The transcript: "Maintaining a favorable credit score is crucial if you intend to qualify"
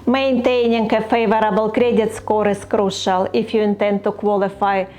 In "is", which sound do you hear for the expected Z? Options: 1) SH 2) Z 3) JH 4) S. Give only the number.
4